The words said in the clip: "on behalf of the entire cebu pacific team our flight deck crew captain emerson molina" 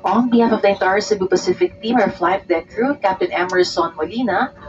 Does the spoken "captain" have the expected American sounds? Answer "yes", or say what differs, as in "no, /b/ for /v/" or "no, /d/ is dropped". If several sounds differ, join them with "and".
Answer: yes